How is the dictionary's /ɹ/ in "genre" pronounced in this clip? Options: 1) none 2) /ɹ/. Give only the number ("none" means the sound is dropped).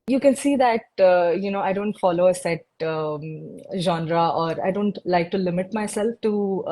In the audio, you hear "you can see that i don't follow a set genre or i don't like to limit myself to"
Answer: 2